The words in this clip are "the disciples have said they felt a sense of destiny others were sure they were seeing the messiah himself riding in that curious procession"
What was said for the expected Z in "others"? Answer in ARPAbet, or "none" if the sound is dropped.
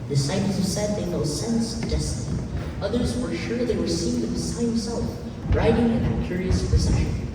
Z